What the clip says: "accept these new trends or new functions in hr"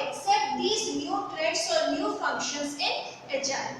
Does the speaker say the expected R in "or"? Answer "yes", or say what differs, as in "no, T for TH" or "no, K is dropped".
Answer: yes